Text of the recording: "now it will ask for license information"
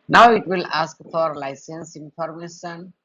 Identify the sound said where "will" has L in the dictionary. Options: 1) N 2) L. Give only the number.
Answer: 2